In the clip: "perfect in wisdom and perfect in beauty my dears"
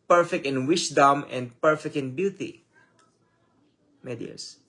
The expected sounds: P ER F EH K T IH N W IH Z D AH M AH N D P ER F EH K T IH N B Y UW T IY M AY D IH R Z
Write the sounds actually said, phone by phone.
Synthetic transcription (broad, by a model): P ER F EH K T IH N W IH S D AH M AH N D P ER F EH K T IH N B Y UW T IY M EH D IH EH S